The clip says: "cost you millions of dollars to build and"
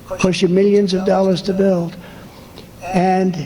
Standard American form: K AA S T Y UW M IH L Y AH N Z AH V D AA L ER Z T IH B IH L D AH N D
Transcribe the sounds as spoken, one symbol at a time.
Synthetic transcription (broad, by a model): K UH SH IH M IH L Y AH N Z AH V D AA L ER Z T IH B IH L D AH N